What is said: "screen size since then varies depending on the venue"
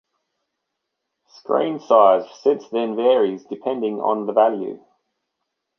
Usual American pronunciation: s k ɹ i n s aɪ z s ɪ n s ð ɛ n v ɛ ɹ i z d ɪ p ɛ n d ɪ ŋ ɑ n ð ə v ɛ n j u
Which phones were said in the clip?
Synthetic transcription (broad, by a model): s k ɹ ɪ n s aɪ z s ɪ n s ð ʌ n v ɛ ɹ i z d ɪ p ɛ n d ɪ ŋ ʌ n ð ə v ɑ l j u